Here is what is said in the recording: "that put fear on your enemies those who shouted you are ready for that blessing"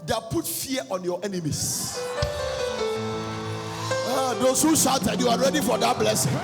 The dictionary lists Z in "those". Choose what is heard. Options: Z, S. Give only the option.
S